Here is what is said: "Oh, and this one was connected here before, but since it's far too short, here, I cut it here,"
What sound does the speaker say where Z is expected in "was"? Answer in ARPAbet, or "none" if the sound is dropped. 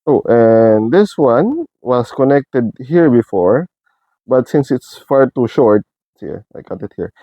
S